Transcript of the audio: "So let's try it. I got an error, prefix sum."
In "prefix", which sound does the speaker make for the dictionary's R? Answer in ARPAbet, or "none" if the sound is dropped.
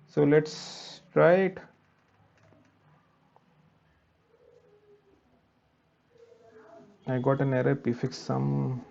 none